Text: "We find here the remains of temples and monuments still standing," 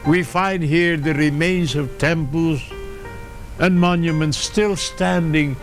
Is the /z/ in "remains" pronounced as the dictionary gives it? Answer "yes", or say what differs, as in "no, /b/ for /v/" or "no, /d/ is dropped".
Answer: yes